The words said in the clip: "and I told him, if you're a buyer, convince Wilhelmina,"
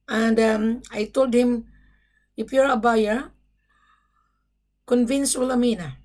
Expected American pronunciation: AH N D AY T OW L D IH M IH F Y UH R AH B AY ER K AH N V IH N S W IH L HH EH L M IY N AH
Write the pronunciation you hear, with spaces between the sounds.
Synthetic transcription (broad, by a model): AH N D AY T OW L D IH M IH P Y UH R AH B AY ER K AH N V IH N S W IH L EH M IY N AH